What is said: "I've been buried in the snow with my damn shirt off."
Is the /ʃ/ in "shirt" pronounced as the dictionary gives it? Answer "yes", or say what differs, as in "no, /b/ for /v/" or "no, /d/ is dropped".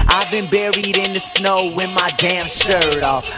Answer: no, /s/ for /ʃ/